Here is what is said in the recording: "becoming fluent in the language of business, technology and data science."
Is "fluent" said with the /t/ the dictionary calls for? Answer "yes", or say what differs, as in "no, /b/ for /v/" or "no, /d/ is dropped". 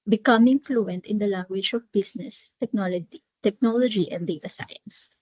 yes